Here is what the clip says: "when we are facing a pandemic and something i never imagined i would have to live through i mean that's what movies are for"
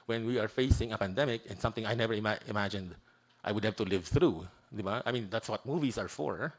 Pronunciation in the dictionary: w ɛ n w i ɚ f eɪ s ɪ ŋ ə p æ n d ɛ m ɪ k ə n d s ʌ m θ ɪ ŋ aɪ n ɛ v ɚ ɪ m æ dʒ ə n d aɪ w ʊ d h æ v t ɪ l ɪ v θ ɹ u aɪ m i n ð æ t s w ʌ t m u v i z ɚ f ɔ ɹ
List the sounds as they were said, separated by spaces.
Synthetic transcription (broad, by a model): w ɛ n w i ɚ f eɪ s ɪ ŋ ə p æ n d ɛ m ɪ k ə n s ʌ m θ ɪ ŋ aɪ n ɛ v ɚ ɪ m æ dʒ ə n d aɪ w ʊ d h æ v t ɪ l ɪ v θ ɹ u aɪ m i n ð æ t s w ʌ t m u v i z ɚ f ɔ ɹ